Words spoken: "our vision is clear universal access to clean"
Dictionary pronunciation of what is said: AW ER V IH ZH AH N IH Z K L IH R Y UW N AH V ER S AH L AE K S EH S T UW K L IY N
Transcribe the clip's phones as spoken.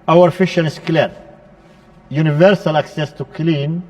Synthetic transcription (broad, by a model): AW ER F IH SH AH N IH S K L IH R Y UW N AH V ER S AH L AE K S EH S T UW K L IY N